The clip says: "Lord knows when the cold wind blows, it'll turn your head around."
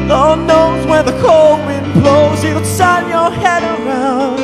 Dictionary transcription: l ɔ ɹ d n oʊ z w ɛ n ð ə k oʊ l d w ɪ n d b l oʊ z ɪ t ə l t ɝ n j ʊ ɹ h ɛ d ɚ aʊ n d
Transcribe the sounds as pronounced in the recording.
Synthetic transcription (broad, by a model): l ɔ n oʊ z w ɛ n ð ə k oʊ l d w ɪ n b l oʊ z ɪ s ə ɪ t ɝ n j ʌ ɹ h ɛ d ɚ aʊ n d